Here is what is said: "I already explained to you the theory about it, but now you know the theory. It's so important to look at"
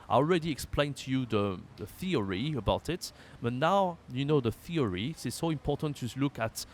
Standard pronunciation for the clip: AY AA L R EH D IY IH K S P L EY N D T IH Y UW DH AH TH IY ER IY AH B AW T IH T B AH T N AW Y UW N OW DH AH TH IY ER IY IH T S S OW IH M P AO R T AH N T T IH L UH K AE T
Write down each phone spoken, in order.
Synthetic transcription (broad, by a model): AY AA L R EH D IY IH K S P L EY N T IH Y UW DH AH TH IY ER IY AH B AW T IH T B AH T N AW Y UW N OW DH AH TH IY ER IY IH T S S OW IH M P AO R T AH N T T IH L UH K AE T